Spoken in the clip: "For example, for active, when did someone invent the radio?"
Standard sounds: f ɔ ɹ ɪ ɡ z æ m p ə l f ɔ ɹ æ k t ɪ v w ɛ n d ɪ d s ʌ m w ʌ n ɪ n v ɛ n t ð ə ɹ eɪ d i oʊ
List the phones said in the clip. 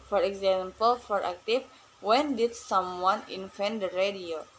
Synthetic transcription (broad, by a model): f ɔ ɹ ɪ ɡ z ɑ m p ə l f ɔ ɹ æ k t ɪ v w ɛ n d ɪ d s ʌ m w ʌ n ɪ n f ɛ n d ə ɹ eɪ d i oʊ